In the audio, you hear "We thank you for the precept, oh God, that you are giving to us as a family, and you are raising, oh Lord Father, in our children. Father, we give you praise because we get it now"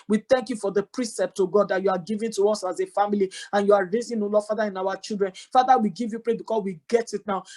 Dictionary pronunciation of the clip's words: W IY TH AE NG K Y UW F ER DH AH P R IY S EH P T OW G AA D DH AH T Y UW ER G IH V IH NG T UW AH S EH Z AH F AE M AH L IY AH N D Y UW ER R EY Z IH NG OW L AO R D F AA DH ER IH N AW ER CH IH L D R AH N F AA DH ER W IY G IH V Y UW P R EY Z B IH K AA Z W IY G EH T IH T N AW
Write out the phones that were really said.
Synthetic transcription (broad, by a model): W IY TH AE NG K Y UW F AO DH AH P R IY S EH P T OW G AA D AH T Y UW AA G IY V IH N T UW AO S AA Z AH F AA M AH L IY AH N Y UW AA R EY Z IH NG OW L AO F AA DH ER IH N AW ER CH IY L D R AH N F AA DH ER W IY G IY V Y UW P R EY B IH K AA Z W IY G EH T IH T N AW